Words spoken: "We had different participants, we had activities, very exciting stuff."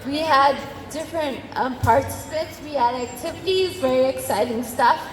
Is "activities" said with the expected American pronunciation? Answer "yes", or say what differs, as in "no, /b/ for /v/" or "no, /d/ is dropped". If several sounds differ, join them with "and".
yes